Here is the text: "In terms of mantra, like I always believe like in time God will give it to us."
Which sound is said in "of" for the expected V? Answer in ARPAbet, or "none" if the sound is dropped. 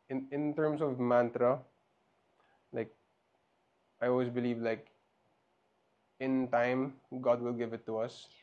V